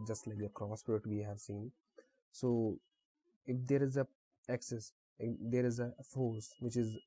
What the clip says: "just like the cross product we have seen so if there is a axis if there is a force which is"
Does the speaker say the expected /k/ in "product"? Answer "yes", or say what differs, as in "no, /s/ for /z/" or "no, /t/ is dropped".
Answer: no, /k/ is dropped